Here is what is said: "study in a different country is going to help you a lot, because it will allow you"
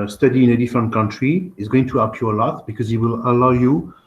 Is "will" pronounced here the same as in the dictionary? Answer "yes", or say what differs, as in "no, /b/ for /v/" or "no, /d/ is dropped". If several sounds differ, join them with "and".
yes